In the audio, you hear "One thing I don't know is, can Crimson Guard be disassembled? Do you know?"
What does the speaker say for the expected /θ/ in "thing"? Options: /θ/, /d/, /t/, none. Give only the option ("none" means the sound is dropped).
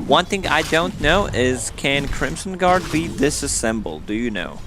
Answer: /θ/